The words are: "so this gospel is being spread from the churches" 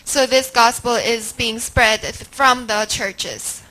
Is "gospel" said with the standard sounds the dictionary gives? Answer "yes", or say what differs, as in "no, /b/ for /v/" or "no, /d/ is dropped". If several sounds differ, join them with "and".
yes